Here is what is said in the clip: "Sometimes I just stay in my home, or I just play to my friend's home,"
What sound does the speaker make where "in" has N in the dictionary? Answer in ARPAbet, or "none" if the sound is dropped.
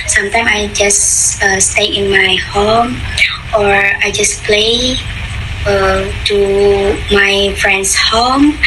N